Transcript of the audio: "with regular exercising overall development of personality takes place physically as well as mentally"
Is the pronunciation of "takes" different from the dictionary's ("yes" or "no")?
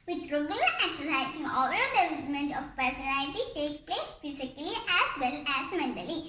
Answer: yes